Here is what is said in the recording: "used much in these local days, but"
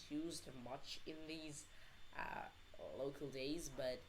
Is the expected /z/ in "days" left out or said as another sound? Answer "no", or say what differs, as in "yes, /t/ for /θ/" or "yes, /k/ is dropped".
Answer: no